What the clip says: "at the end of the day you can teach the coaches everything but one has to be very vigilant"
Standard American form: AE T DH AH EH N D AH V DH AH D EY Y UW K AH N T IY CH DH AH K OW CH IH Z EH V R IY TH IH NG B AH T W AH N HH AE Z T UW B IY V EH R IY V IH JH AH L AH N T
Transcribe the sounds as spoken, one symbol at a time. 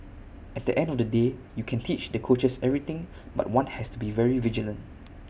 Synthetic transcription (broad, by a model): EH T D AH EH N D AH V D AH D EY Y UW K AH N T IY CH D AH K OW CH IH S EH V R IY T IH NG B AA T W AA N HH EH S T UW B IY V EH R IY V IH JH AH L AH N T